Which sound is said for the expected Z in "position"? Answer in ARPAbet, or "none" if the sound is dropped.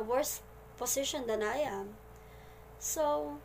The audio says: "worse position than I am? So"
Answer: S